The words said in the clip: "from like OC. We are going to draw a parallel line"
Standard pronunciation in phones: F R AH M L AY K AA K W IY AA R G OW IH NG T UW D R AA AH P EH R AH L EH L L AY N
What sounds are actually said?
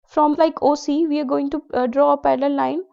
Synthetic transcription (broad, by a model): F R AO M L AY K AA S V IY AA R G OW IH NG T UW D R AA AH P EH L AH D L L AY N